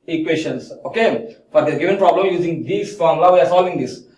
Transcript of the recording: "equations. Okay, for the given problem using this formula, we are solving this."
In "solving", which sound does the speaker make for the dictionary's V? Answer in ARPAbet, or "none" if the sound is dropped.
none